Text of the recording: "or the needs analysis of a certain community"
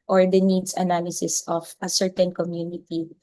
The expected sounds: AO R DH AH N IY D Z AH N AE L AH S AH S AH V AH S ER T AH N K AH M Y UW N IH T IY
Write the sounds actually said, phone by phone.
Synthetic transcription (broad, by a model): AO R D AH N IY D S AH N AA L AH S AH S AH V AH S ER T AH N K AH M Y UW N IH T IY